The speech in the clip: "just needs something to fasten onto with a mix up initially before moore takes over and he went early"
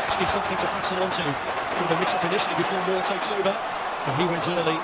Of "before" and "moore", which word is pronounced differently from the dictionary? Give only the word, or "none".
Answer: moore